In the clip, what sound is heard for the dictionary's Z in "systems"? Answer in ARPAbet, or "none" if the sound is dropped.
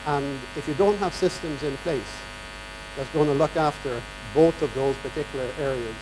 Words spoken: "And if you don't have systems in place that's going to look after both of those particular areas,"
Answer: Z